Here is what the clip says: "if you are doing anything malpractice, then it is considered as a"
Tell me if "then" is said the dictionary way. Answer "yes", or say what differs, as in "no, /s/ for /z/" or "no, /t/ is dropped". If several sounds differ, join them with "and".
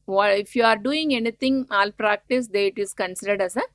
no, /n/ is dropped